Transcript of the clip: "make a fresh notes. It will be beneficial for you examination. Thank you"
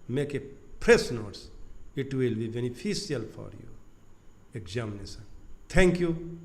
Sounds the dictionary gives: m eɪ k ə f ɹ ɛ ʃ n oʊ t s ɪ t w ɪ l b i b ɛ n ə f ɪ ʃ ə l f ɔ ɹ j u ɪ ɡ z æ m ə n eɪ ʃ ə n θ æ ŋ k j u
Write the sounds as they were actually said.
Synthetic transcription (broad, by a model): m eɪ k ə p ɹ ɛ s n oʊ t s ɪ t w ɪ l b i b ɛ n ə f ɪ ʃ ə l f ɔ ɹ j u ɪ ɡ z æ m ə n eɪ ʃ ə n t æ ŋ k j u